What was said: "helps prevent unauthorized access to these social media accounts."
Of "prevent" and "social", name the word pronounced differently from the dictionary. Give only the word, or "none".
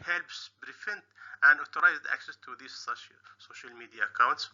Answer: prevent